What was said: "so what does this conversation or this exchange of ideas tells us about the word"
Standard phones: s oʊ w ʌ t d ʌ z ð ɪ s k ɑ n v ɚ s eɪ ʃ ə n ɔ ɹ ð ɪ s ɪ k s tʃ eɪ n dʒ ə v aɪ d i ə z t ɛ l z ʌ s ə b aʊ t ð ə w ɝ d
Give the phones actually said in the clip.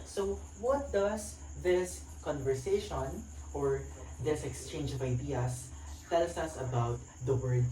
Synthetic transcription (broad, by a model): s oʊ w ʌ t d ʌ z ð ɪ s k ɑ n v ɚ s eɪ ʃ ə n ɔ ɹ ð ɪ s ɪ k s tʃ eɪ n dʒ ə v aɪ d i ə s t ɛ l s ʌ s ə b aʊ t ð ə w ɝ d